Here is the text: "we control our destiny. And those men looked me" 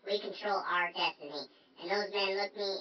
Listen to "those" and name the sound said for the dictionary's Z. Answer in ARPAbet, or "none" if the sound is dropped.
Z